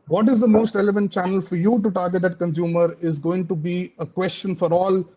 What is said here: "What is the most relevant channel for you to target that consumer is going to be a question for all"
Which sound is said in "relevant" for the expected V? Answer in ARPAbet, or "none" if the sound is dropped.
V